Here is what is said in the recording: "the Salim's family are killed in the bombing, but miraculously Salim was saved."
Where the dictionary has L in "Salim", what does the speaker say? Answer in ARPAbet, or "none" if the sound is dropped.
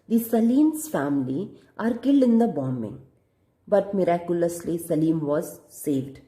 L